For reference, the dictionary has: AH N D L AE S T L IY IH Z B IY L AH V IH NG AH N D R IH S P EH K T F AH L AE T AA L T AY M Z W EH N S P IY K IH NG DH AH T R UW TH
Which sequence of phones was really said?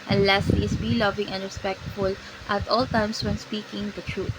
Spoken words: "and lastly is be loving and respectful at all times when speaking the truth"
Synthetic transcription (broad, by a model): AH N L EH S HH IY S B IY L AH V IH NG AH N D R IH S P EH K T F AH L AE T AA L T AY M S W EH N S P IY K IH NG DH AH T R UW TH